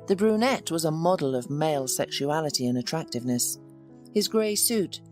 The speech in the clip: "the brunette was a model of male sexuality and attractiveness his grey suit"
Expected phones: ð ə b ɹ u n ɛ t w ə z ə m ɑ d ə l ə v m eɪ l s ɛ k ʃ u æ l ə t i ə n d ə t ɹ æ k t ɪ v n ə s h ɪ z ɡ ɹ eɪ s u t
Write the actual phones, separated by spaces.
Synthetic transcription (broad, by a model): ð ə b ɹ u n ɛ t w ə z ə m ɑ d l ə v m eɪ l s ɛ k ʃ u æ l ə t i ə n ə t ɹ æ k t ɪ v n ə s h ɪ z ɡ ɹ eɪ s u t